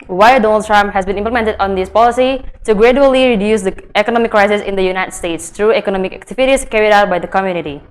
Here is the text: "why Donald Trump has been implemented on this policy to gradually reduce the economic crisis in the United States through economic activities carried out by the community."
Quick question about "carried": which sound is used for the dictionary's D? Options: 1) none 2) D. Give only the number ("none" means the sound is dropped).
2